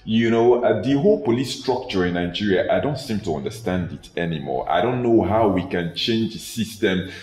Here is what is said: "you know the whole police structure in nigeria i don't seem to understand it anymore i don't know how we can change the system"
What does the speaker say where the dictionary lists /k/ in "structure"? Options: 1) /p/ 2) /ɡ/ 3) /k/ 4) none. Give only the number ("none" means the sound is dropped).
3